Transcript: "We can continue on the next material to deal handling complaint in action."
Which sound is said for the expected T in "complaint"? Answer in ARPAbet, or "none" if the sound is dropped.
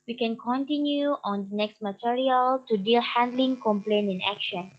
none